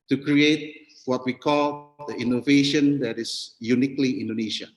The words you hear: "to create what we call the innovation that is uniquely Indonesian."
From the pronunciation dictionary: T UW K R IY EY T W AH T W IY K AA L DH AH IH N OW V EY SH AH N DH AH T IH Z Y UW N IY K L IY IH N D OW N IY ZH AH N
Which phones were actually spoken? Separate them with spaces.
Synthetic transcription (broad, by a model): T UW K R IY EY T W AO T W IY K AA L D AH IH N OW V EY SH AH N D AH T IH S Y UW N IY K L IY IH N D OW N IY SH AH